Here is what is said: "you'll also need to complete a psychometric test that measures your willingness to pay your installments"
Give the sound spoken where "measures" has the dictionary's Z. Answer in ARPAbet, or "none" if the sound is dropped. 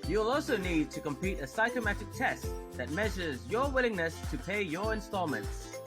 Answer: Z